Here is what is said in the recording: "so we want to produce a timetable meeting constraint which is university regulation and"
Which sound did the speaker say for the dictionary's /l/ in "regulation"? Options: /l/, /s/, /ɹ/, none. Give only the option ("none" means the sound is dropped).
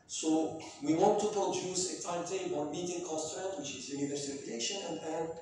none